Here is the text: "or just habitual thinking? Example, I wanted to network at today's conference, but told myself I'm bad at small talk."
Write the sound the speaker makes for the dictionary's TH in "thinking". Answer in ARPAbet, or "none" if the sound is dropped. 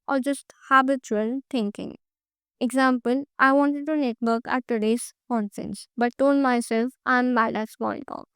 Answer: T